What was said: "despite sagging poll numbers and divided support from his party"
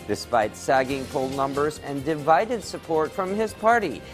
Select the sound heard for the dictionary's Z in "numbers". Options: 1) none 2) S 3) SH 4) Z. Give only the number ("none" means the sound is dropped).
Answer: 4